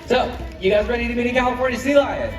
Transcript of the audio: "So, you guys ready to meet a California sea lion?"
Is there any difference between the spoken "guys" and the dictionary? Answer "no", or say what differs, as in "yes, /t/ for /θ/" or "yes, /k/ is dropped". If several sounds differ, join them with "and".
no